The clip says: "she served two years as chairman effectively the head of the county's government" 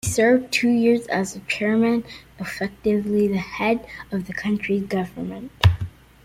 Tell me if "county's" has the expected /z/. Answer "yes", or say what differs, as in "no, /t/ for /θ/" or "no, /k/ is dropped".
no, /z/ is dropped